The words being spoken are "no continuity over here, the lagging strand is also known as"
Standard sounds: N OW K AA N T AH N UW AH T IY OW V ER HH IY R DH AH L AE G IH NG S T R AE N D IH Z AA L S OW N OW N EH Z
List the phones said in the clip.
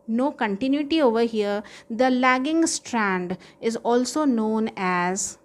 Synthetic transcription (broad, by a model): N OW K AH N T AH N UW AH T IY OW V ER HH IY R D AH L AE G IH NG S T R AE N D IH Z AA L S OW N OW N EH Z